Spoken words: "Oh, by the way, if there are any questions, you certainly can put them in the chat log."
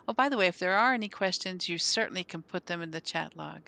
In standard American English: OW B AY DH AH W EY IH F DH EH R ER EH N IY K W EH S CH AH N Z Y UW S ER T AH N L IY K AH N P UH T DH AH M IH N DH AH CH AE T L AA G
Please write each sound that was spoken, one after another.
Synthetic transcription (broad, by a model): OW B AY DH AH W EY IH F DH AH R ER EH N IY K W EH S CH AH N Z Y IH S ER T N L IY K AH N P UH T DH AH M IH N DH AH CH AE T L AA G